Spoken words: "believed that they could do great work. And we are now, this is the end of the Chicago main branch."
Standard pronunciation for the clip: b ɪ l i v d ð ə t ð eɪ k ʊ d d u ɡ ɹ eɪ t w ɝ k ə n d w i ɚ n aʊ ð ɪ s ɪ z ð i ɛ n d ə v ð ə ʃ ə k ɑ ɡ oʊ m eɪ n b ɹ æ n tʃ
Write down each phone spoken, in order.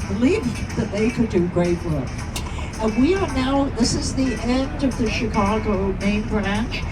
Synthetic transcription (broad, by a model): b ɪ l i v ð ə t ð eɪ k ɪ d d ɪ ɡ ɹ eɪ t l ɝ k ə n w i ɚ n aʊ ð ɪ s ɪ z ð i ɛ n d ə v ð ə ʃ ə k ɑ ɡ oʊ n eɪ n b ɹ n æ